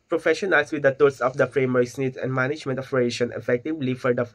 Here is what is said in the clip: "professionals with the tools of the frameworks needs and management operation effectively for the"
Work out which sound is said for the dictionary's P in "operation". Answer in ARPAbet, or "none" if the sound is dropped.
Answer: F